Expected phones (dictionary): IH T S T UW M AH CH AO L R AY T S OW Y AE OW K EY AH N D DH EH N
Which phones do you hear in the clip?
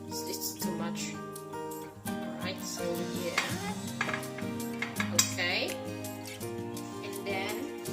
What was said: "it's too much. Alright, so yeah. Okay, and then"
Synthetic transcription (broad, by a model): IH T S T UW M AH CH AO R AY T S OW Y AE OW K EY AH N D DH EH N